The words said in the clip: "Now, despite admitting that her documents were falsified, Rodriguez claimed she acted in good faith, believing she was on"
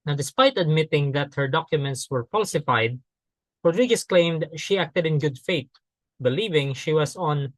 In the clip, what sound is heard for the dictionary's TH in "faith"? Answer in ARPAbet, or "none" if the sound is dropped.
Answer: T